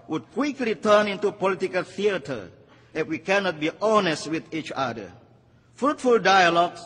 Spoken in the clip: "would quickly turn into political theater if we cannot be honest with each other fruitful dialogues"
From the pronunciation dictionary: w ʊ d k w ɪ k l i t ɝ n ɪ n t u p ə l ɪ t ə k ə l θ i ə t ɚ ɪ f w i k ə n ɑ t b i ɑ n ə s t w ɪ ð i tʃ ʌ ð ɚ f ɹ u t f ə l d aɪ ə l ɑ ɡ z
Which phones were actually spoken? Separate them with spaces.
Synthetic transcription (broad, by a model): w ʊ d k w ɪ k l i t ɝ n ɪ n t u p ə l ɪ t ə k ə l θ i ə t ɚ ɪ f w i k ə n ɑ t b i ɑ n ə s t w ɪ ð i tʃ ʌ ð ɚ f ɹ u t f ə l d aɪ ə l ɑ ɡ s